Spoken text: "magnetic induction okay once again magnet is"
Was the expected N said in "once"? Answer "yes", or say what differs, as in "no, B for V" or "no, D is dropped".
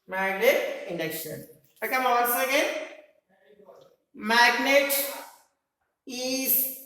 no, L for N